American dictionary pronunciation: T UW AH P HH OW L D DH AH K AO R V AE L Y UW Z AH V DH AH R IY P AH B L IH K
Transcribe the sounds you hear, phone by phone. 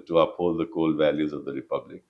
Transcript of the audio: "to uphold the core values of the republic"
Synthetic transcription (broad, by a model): T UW AH P HH OW L D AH K AO L V AE L Y UW Z AH V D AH R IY P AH B L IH K